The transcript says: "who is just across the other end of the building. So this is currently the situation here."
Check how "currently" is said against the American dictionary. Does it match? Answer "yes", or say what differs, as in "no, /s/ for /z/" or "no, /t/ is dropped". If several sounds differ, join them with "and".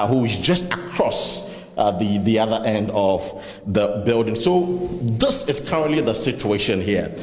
yes